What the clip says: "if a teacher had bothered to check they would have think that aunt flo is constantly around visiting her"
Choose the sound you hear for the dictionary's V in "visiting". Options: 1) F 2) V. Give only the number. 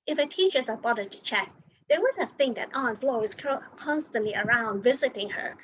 2